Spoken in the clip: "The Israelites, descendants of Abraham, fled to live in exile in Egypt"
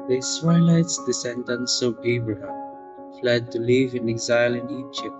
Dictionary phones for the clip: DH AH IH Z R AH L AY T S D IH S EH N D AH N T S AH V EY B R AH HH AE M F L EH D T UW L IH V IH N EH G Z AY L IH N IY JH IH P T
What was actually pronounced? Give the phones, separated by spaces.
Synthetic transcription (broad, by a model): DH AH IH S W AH L AY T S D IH S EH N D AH N S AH B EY B R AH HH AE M F L EH D T UW L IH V IH N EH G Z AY L IH N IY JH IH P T